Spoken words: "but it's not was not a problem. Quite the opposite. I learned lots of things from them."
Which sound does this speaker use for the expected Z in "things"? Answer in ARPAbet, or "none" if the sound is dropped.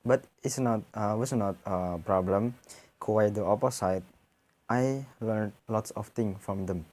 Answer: none